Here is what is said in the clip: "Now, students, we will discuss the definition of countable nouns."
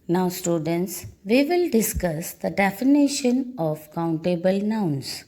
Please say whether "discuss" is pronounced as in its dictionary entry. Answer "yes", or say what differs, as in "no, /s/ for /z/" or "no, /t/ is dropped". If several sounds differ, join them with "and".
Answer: yes